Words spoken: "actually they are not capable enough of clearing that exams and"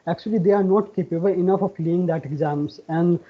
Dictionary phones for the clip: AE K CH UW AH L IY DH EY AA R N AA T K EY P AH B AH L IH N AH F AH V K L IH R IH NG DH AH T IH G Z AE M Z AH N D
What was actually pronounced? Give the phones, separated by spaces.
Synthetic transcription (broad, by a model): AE K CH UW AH L IY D EY AA R N AA T K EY P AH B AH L IH N AH F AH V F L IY IH NG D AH T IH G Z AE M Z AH N D